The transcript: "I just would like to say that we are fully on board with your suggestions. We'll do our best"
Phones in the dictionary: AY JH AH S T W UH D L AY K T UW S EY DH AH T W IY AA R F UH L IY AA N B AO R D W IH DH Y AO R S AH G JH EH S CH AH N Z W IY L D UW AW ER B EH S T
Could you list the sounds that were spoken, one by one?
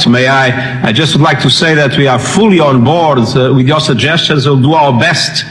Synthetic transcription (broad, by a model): AY JH AH S T W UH D L AY K T UW S EY DH AH T W IY AA R F UH L IY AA N B AO R D W IH DH Y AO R S AH G JH EH S CH AH N Z W IY L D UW AW ER B EH S T